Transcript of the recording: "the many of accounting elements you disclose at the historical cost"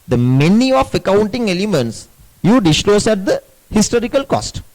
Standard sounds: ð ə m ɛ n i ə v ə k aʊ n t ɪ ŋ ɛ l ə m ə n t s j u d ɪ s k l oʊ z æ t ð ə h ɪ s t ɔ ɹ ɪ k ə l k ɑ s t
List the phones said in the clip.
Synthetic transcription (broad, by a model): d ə m ɛ n i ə f ə k aʊ n t ɪ ŋ ɛ l ə m ə n t s j u d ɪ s l oʊ s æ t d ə h ɪ s t ɔ ɹ ɪ k ə l k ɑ s t